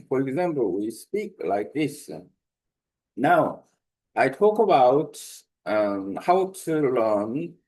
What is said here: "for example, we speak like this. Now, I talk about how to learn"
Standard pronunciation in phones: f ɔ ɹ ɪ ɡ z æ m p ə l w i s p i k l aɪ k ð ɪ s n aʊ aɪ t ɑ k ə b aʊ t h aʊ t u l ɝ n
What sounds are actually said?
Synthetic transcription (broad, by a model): f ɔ ɹ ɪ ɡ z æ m p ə l w i s p i k l aɪ k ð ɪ s n aʊ aɪ t ɑ k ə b aʊ t h aʊ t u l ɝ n